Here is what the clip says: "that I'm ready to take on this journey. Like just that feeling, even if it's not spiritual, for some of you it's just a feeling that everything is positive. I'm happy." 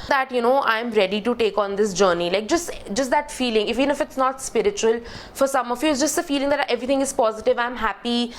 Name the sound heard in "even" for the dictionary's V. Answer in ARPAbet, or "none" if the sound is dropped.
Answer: F